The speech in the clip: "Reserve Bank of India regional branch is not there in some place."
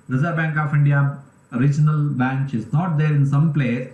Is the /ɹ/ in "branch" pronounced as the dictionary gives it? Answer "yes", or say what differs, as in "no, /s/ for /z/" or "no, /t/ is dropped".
no, /ɹ/ is dropped